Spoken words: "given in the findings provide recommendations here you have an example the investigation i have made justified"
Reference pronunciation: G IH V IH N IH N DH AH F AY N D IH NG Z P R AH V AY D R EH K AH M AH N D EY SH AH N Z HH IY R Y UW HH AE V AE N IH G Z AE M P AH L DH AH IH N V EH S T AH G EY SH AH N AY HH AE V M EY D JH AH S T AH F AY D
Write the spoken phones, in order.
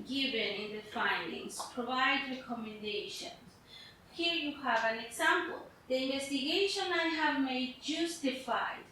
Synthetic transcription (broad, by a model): G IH V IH N IH N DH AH F AY N D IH NG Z P R AH V AY D R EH K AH M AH N D EY SH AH N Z HH IY R Y UW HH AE V AE N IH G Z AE M P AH L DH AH IH N V EH S T AH G EY SH AH N AY HH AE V M EY D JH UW S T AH F AY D